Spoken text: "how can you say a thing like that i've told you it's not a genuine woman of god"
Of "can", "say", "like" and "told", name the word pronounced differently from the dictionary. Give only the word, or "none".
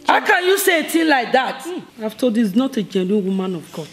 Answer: told